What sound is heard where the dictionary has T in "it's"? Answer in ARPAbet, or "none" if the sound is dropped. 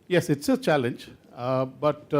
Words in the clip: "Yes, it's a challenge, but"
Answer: T